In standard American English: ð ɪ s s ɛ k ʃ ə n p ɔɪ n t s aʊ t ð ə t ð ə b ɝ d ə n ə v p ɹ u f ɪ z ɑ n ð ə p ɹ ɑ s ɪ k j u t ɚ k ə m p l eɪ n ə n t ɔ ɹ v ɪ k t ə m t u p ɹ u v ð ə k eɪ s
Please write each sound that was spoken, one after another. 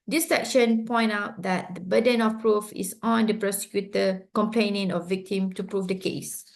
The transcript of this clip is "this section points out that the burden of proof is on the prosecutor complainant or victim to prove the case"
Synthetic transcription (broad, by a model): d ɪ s s ɛ k ʃ ə n p ɔɪ n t aʊ t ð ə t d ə b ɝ d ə n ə f p ɹ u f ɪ s ɑ n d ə p ɹ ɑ s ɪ k j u t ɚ k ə m p l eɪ n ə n ɔ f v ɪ k t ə m t u p ɹ u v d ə k eɪ s